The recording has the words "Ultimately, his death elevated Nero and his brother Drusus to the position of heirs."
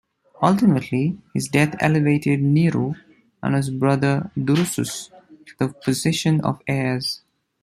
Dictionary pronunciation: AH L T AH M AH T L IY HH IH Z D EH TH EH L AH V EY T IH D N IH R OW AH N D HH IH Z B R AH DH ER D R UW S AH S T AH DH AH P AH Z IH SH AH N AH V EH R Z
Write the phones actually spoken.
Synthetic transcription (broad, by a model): AH L T AH M AH T L IY HH IH Z D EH T EH L AH V EY T IH D N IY R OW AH N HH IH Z B R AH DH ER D R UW S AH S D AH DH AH P AH Z IH SH AH N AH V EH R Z